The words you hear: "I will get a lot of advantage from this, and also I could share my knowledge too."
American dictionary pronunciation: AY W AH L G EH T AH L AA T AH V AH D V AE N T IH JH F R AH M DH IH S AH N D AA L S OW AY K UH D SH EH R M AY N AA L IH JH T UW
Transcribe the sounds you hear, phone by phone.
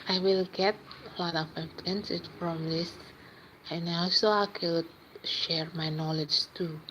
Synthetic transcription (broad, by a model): AY W AH L G EH T AH L AA T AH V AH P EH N S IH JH F R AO M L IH S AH N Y AA L S OW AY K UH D SH EH R M AY N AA L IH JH T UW